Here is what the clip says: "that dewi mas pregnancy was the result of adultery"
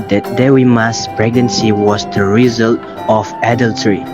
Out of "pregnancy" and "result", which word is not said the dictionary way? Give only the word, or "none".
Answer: none